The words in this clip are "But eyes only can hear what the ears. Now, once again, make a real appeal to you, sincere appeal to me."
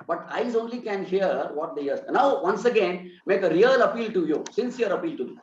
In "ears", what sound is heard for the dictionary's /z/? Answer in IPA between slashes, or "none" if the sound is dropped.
none